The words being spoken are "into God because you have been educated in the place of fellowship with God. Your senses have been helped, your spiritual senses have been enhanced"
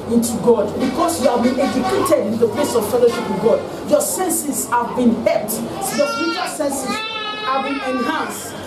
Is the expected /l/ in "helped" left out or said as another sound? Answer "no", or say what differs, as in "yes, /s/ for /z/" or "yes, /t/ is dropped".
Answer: yes, /l/ is dropped